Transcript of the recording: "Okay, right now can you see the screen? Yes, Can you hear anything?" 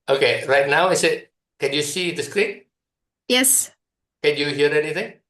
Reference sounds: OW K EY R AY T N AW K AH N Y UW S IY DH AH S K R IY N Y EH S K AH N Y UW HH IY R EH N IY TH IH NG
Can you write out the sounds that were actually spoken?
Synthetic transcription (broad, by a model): OW K EY R AY T N AW K AH N Y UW S IY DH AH S K R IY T Y EH S K AH N Y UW HH IY R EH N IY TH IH NG